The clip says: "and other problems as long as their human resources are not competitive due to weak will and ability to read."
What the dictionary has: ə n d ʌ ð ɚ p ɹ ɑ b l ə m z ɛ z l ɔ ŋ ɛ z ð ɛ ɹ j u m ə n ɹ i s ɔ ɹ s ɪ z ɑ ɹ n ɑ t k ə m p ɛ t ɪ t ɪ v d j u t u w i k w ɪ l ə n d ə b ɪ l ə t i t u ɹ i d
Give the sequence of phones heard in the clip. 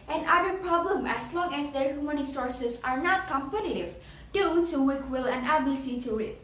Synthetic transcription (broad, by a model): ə n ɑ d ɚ p ɹ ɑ b l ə m ɛ s l ɔ ŋ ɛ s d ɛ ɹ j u m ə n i s ɔ ɹ s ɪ s ɑ ɹ n ɑ t k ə m p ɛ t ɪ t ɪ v d j u t u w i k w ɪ l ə n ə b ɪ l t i t u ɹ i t